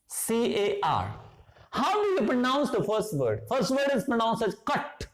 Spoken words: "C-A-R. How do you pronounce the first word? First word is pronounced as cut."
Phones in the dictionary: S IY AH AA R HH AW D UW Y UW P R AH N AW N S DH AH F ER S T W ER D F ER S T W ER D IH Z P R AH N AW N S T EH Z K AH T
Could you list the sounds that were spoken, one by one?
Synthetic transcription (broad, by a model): S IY AH AA R HH AW D UW Y UW P R AH N AW N S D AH F ER S T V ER D F ER S T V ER D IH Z P R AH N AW N S EH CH K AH T